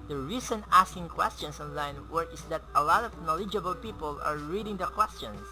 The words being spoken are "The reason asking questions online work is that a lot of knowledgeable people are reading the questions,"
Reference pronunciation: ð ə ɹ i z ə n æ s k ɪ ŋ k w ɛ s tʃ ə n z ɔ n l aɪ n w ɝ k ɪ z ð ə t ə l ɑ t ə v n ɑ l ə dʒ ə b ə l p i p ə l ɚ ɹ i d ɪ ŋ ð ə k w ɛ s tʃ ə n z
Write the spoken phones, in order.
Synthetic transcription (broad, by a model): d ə ɹ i s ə n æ s k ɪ ŋ k w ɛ s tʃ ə n s ɔ n l aɪ n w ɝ ɪ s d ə t ə l ɑ t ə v n ɑ l ə dʒ ə b ə l p i p ə l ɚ ɹ i d ɪ ŋ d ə k w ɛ s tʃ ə n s